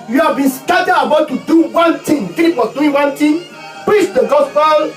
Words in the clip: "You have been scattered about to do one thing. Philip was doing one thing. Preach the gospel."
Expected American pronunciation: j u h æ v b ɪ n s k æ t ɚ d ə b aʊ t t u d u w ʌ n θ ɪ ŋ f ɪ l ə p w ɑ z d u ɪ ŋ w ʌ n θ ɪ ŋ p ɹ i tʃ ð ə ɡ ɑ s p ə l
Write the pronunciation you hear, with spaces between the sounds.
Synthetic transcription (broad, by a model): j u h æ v b ɪ n s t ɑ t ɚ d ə b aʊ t t u d u w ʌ n t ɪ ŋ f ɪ ə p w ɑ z d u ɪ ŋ w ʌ n t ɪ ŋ p ɹ i tʃ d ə ɡ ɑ s p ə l